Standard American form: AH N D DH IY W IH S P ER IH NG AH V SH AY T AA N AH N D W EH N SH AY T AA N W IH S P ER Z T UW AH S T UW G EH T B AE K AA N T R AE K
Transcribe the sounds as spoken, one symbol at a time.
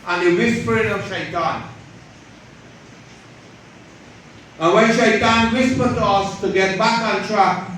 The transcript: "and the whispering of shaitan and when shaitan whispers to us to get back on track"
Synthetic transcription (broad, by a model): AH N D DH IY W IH S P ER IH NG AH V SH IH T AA N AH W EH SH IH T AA N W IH S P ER T UW AH S T UW G EH T B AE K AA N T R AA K